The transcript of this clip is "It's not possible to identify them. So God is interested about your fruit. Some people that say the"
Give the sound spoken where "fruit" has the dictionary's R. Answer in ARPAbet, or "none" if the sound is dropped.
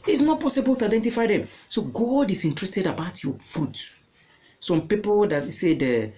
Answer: none